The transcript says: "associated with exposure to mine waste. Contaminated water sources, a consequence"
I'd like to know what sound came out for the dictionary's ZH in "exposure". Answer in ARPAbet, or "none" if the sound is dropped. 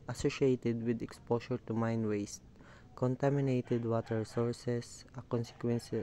SH